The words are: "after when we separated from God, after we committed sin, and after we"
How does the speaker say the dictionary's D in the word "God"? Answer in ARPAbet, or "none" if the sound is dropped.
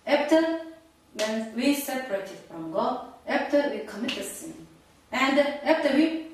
none